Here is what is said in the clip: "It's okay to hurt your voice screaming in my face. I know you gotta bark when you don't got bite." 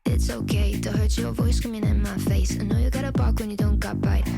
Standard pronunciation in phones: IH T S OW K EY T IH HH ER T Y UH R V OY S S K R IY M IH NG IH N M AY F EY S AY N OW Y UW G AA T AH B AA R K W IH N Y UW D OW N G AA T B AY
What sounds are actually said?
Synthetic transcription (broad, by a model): IH T S OW K EY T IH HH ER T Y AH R V OY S S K AH M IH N IH N M AY F EY S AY N OW Y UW G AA T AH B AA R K W IH N Y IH D OW N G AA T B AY